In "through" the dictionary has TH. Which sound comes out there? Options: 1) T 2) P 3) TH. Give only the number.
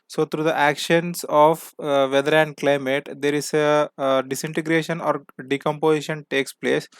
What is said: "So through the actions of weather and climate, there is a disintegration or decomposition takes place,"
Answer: 1